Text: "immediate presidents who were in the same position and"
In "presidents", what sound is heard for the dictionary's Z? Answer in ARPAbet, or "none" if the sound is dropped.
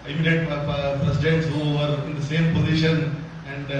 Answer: S